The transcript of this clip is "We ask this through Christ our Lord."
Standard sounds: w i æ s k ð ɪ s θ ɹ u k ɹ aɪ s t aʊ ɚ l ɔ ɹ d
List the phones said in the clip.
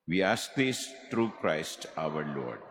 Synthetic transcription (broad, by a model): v i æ s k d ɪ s t ɹ u k ɹ aɪ s t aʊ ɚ l ɔ ɹ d